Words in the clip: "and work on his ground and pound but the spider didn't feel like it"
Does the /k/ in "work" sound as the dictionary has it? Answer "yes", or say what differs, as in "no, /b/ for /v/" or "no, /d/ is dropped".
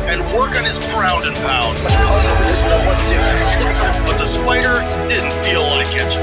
yes